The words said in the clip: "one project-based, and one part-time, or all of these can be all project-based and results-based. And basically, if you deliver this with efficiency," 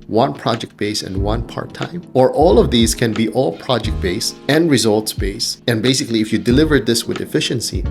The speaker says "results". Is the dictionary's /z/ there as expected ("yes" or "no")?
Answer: yes